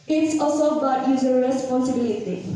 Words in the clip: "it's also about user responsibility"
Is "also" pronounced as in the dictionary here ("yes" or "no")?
no